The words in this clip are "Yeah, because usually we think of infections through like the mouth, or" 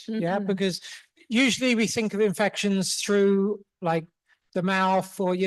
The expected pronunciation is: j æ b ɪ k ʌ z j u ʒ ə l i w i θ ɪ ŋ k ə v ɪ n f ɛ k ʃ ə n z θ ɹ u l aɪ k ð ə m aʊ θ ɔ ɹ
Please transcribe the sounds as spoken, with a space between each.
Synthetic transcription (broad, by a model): j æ b ɪ k ʌ z j u ʒ ə l i w i θ ɪ ŋ k ə v ɪ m f ɛ k ʃ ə n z θ ɹ u l aɪ k ð ə m aʊ θ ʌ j